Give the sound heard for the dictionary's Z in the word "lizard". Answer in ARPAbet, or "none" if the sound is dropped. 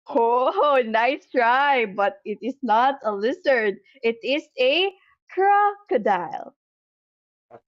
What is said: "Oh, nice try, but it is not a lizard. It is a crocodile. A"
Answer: S